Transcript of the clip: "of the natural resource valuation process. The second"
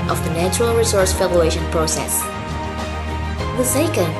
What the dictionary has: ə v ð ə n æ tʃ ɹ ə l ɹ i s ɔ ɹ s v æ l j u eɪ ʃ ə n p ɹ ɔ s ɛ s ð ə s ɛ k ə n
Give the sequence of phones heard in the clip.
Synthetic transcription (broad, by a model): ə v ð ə n æ tʃ ɹ ə l ɹ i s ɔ ɹ s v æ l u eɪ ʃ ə n p ɹ ɔ s ɛ s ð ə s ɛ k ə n